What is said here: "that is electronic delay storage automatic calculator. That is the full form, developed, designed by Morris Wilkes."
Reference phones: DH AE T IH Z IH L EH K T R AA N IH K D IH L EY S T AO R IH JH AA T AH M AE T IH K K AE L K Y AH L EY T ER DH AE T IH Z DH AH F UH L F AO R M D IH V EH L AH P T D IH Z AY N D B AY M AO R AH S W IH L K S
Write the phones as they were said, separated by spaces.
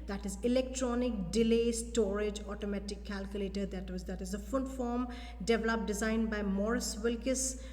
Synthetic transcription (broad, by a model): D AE T IH Z IH L EH K T R AA N IH K D IH L EY S T AO R IH JH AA T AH M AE T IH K K AE L K Y AH L EY T ER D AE T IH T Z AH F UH N F AO R M D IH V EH L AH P D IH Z AY N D B AY M AO R AH S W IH L K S